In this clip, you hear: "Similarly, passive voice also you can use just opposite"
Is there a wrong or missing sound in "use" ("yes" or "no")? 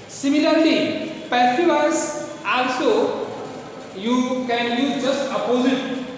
yes